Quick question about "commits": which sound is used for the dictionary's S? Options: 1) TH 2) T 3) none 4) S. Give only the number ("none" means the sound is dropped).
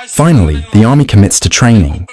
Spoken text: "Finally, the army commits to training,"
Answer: 4